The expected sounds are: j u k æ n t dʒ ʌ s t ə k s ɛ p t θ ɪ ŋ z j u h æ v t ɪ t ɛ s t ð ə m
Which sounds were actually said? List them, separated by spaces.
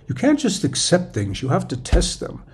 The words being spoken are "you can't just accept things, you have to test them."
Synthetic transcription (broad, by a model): j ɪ k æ n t dʒ ʌ s t ə k s ɛ p t θ ɪ ŋ z j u h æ f t ɪ t ɛ s t ð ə m